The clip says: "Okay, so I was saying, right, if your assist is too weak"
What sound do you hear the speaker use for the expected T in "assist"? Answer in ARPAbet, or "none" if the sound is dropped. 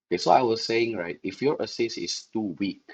none